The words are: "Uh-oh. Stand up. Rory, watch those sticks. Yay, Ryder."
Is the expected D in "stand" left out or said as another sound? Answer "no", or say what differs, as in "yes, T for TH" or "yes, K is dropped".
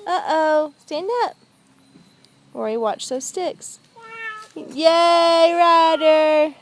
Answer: no